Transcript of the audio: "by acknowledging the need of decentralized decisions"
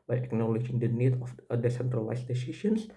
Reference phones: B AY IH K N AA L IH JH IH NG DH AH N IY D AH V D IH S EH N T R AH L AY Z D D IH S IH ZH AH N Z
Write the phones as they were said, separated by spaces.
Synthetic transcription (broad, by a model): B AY IH K N AA L IH JH IH NG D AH N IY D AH F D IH S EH N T R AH L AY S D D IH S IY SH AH N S